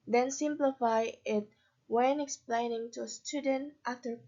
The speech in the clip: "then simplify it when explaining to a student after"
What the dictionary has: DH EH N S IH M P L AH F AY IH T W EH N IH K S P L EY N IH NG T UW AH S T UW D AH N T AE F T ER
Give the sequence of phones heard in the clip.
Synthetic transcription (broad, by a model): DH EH N S IH M P L AH F AY IH T W EH N IH K S P L EY N IH NG T UW AH S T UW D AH N T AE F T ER